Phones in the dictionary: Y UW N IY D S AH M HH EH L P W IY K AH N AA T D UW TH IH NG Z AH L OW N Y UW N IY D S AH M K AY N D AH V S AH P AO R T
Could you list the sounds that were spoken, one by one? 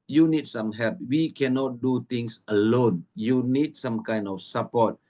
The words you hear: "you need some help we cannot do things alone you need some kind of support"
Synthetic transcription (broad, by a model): Y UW N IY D S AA M HH EH L P W IY K AH N AA T D UW T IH NG S AH L OW N Y UW N IY D S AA M K AY N D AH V S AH P AO T